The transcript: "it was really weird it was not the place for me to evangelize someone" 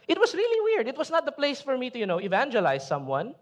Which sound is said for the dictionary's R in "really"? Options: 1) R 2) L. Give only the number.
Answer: 1